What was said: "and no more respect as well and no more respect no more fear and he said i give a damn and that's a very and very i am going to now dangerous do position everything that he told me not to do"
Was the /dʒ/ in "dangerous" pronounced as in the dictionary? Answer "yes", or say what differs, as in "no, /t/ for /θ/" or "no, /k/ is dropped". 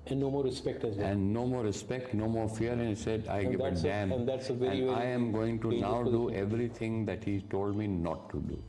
no, /dʒ/ is dropped